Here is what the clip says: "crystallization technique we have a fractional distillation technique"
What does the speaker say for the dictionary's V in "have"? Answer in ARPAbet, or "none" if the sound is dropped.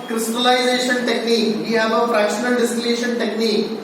B